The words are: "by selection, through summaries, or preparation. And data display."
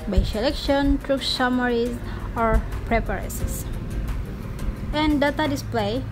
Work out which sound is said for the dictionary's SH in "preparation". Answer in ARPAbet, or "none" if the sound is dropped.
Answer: S